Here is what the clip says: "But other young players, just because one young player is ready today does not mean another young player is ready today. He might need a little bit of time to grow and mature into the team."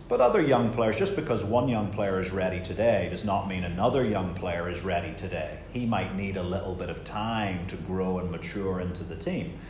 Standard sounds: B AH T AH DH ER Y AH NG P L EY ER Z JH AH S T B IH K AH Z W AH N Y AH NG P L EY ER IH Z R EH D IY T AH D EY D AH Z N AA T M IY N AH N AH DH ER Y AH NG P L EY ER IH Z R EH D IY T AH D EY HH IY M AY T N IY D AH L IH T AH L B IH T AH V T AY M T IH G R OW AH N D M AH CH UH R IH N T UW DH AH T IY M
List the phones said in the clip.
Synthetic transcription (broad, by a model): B AH T AH DH ER Y AH NG P L EY ER Z JH AH S B IH K AH Z W AH N Y AH NG P L EY ER IH Z R EH D IY T AH D EY D AH Z N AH T M IY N AH N AH DH ER Y AH NG P L EY ER IH Z R EH D IY T AH D EY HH IY M AY T N IY D AH L IH T L B IH T AH V T AY M T IH G R OW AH N M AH CH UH R IH N T UW DH AH T IY M